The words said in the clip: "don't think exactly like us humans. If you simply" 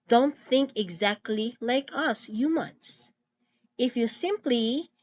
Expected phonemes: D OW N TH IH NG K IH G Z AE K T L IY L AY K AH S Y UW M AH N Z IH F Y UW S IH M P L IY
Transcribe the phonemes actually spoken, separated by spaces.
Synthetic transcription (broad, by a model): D OW N TH IH NG K IH G Z AE K T L IY L AY K AH S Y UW M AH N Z IH F Y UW S IH M P L IY